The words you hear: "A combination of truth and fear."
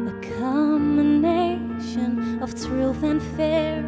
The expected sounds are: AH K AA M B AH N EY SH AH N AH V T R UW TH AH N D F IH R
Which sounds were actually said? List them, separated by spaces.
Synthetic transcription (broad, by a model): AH K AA M AH N EY SH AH N AH V T R UW TH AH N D F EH R